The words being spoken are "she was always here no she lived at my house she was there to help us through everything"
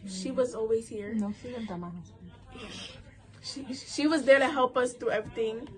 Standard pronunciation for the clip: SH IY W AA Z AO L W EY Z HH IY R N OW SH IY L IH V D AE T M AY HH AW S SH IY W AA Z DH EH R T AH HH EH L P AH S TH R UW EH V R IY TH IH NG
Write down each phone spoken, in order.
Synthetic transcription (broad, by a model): SH IY W AA Z AO L W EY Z HH IY R N OW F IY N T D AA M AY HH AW SH SH IY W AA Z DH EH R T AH HH EH L P AH S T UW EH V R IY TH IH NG